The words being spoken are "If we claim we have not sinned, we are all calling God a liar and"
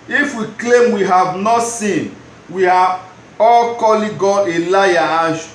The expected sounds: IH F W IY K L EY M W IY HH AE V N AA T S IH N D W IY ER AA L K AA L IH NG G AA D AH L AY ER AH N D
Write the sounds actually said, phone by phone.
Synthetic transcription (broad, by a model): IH F W IY K L EY M W IY HH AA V N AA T S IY N W IY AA AA L K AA L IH G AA AH L AY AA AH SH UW